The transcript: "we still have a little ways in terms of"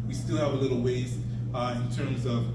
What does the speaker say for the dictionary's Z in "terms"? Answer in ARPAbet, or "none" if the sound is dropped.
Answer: Z